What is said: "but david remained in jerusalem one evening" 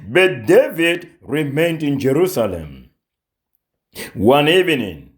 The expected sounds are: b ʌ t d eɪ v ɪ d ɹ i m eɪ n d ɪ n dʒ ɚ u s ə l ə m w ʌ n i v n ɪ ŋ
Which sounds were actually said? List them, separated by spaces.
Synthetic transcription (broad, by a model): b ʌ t d eɪ v ɪ d ɹ i m eɪ n d ɪ n dʒ ɚ u s ə l ə m w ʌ n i v n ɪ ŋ